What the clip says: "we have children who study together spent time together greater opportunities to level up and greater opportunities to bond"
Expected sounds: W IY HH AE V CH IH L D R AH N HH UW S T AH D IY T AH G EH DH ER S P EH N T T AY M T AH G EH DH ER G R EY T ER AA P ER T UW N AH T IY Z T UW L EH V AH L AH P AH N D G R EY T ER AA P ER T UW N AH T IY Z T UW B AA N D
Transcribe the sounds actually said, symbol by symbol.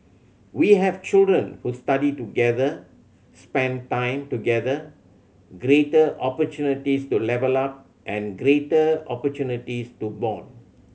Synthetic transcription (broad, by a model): W IY HH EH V CH IH L D R AH N HH UW S T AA D IY T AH G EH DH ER S P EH N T T AY M T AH G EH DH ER G R EY T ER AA P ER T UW N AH T IY S T UW L EH V AH L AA P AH N G R EY T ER AA P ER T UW N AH T IY S T UW B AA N